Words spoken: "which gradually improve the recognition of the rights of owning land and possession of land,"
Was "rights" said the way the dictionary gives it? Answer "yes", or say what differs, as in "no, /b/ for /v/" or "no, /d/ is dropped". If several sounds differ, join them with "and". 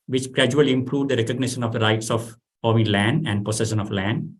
yes